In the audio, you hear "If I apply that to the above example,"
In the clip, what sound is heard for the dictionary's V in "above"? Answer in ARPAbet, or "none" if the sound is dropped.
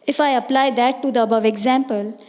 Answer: V